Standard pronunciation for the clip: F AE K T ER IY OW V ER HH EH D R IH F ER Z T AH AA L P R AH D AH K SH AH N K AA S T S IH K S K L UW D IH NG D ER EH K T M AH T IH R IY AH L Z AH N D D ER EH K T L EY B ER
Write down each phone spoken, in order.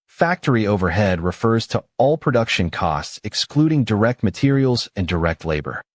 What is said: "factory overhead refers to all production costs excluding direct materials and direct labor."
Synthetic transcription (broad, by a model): F AE K T ER IY OW V ER HH EH D R IH F ER Z T AH AA L P R AH D AH K SH AH N K AA S T S IH K S K L UW D IH NG D ER EH K T M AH T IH R IY L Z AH N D D ER EH K T L EY B ER